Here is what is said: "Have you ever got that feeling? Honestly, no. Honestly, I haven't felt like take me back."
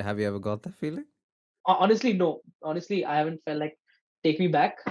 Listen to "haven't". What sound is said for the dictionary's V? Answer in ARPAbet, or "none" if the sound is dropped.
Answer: V